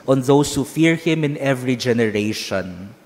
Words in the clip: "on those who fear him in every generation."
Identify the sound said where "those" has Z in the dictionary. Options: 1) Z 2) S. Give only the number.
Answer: 2